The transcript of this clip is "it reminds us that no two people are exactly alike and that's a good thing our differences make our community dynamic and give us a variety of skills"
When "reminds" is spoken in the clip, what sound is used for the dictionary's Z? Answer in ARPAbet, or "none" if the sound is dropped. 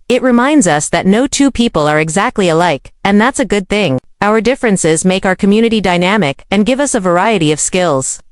Z